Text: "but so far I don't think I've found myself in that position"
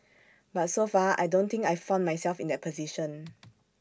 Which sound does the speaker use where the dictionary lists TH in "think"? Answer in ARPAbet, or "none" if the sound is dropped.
T